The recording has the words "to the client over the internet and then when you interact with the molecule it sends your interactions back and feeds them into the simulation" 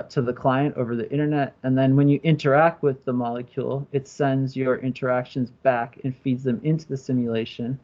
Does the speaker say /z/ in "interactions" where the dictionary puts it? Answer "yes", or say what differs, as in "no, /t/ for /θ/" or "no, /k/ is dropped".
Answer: yes